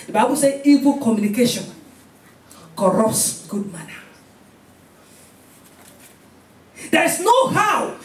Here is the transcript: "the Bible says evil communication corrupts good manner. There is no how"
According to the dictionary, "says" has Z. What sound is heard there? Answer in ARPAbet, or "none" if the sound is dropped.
none